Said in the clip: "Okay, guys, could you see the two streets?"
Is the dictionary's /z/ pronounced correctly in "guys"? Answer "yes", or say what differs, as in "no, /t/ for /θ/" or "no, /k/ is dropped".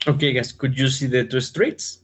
no, /s/ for /z/